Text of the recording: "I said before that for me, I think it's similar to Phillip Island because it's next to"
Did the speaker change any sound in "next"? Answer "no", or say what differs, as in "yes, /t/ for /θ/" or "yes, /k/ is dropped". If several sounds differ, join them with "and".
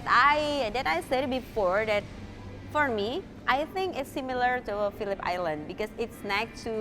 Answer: yes, /s/ is dropped